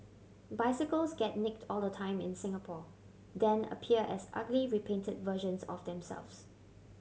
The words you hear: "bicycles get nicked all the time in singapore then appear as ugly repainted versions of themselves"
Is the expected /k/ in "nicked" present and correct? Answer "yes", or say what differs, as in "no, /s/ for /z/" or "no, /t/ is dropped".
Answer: yes